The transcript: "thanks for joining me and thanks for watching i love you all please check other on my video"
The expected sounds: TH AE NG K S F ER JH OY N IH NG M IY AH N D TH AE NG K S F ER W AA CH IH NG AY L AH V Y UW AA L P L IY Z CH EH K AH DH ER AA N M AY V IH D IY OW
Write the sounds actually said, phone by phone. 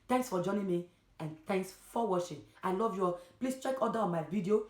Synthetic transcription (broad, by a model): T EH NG K S F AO JH OY N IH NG M IY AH N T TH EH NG K S F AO W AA SH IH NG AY L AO V Y UW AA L P L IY S CH EH K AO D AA AA N M AY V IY D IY OW